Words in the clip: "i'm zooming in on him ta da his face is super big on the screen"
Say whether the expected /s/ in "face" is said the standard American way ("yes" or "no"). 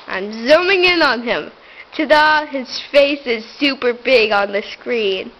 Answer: yes